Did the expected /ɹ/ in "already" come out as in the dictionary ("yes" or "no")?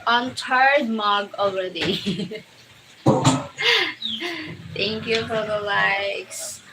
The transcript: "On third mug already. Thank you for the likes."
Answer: no